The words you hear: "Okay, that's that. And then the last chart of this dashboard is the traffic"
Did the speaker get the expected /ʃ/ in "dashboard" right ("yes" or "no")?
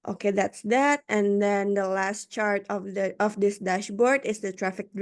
yes